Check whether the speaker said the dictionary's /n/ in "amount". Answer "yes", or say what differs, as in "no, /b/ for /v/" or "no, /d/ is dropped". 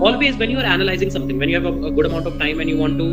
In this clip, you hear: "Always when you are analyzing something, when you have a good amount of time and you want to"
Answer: yes